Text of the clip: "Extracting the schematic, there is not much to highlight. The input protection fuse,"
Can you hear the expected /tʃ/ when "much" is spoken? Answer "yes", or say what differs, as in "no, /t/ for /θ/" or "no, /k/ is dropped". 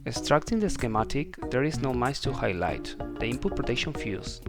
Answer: no, /s/ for /tʃ/